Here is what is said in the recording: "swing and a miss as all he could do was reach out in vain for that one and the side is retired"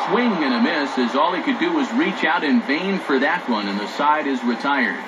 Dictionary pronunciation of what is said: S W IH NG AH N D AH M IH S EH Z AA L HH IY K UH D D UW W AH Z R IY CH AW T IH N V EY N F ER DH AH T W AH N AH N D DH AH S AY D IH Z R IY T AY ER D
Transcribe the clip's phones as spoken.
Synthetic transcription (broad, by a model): S W IH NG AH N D AH M IH S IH Z AA L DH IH K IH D D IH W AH Z R IY CH AW T IH N V EY N F ER DH AH T W AH N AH N DH AH S AY D IH Z R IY T AY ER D